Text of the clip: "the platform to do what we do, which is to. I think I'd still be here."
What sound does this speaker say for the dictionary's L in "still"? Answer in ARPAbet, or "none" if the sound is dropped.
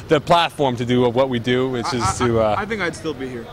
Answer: L